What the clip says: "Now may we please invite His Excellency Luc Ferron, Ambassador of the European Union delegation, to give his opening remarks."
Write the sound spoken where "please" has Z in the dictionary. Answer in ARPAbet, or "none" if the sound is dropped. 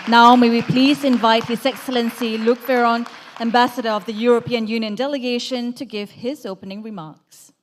Z